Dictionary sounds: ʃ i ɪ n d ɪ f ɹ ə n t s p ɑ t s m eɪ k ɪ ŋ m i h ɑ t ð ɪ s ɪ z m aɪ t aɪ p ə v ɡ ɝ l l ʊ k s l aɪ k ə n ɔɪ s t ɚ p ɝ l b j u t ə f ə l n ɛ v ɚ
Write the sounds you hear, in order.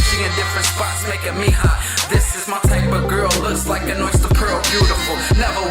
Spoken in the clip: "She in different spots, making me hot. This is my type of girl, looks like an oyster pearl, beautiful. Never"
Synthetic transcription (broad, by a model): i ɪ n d ɪ f ɹ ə n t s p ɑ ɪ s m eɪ k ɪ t m i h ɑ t ð ɪ s ɪ z m aɪ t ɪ b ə ɡ ɝ l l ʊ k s l aɪ k ə n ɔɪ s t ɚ p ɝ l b j u t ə f l n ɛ v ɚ